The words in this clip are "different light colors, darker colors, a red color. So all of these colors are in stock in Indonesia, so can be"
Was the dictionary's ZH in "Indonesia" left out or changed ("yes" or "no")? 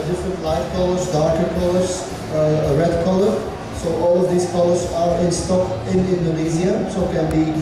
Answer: yes